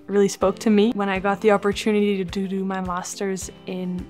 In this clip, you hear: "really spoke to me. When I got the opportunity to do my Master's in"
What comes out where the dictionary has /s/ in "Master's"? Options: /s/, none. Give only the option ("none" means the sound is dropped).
/s/